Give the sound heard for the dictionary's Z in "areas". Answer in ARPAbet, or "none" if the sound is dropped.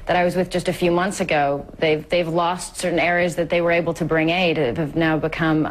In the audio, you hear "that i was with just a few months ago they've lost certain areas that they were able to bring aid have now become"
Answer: Z